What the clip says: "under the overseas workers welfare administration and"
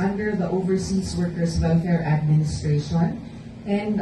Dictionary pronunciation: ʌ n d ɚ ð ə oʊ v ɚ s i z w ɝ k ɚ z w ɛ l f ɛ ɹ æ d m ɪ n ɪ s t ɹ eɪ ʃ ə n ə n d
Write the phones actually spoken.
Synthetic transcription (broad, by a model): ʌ n d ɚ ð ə oʊ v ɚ s i s w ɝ k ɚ s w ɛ l f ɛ ɹ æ d m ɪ n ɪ s t ɹ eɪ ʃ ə n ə n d